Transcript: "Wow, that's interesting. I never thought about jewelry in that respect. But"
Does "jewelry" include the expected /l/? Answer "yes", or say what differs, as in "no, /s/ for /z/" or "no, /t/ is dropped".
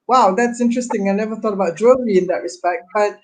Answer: no, /l/ is dropped